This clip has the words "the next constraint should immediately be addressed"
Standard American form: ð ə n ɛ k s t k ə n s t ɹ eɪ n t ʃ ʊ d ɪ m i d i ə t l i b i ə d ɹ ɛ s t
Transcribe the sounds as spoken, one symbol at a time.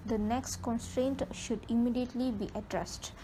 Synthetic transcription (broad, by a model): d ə n ɛ k s t k ə n s t ɹ eɪ n t ʃ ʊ d ɪ m i d i ə t l i b i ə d ɹ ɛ s t